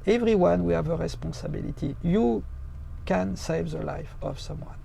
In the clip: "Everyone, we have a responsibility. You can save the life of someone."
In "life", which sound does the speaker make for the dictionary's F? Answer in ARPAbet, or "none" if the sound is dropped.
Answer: F